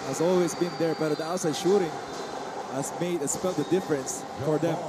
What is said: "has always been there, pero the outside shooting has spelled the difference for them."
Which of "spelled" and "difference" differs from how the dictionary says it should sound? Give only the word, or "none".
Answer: spelled